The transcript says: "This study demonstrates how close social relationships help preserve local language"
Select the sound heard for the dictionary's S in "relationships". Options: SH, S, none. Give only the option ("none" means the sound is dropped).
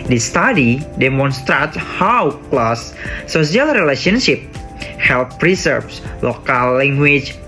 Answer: none